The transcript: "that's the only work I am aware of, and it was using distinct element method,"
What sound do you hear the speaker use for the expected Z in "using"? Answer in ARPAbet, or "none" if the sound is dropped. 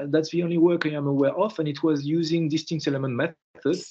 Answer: Z